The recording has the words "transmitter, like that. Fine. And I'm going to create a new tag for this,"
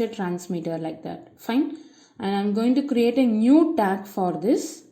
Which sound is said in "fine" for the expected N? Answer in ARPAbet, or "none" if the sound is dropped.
N